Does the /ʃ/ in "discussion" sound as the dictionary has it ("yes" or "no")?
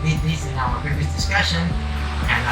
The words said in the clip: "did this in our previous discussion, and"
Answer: yes